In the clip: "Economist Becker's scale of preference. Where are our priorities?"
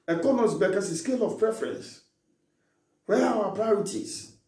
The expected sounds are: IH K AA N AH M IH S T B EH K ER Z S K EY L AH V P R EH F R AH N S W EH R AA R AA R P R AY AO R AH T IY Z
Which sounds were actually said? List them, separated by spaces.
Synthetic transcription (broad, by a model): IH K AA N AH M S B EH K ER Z S K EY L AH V P R EH F R AH N S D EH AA W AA P R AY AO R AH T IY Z